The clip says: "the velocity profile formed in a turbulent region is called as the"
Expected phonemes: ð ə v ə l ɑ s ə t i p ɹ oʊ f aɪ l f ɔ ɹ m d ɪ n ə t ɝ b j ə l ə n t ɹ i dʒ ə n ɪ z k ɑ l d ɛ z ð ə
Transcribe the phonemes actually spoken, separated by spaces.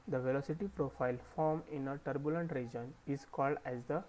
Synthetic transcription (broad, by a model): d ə v ə l ɑ s ə t i p ɹ oʊ f aɪ l f ɔ ɹ m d ɪ n ə t ɝ b j ə l ə n t ɹ i dʒ ə n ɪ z k ɑ l d ɛ z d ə